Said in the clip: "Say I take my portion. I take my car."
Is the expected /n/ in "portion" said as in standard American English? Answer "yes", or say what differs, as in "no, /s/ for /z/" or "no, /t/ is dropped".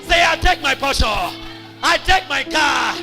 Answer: no, /n/ is dropped